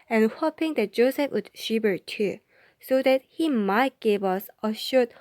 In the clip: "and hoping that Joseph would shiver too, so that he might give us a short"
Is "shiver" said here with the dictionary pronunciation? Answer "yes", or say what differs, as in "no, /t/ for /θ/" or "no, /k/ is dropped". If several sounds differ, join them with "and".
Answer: no, /b/ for /v/